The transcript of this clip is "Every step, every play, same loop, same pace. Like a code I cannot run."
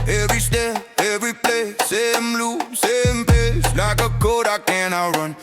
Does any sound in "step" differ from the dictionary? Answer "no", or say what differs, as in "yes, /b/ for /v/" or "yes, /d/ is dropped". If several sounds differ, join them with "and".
yes, /p/ is dropped